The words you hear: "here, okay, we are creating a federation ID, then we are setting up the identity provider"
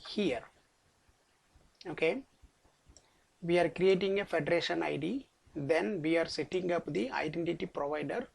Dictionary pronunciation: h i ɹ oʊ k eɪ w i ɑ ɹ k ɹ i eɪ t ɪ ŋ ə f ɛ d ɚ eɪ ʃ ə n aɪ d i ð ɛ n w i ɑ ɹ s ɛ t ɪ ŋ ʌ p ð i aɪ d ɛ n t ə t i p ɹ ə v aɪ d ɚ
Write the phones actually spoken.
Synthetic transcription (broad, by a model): h i ɹ oʊ k eɪ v i ɑ ɹ k ɹ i eɪ t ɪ ŋ ə f ɛ d ɚ eɪ ʃ ə n aɪ d i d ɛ n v i ɑ ɹ s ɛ t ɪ ŋ ʌ p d i aɪ d ɛ n t ə t i p ɹ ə v aɪ d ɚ